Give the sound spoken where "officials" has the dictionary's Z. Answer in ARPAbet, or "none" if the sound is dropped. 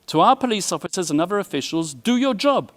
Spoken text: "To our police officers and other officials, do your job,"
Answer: Z